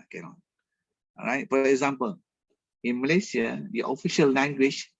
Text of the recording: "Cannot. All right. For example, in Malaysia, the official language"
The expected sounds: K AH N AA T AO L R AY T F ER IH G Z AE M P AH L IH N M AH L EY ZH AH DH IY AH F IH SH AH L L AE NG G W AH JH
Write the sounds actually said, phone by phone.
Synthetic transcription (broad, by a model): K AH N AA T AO R AY T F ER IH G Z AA M P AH L IH N M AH L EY S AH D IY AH F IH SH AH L L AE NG G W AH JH